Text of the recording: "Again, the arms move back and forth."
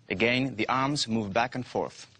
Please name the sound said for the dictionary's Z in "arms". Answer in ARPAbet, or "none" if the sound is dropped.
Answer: Z